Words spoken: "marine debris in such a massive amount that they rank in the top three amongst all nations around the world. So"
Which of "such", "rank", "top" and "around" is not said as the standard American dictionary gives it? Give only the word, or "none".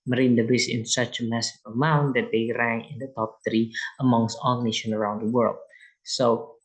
rank